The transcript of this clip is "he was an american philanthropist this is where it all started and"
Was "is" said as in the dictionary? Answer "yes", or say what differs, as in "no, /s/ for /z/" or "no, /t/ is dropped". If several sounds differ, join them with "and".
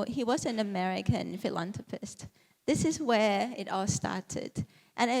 yes